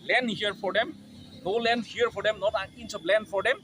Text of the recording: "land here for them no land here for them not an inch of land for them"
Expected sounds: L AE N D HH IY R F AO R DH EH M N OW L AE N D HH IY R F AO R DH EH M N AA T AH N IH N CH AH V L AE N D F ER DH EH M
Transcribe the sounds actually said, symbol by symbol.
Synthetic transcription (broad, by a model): L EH N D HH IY R F AO R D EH M N OW L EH N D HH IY R F AO R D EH M N AA T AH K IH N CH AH B L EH N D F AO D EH M